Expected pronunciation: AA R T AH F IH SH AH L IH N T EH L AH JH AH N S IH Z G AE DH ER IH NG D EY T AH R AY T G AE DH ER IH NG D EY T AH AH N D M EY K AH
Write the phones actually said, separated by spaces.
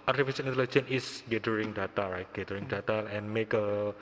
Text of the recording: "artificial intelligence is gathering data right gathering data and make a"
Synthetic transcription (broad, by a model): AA R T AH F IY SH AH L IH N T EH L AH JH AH N IH S G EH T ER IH NG D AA T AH R AY T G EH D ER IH NG D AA T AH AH N M EY K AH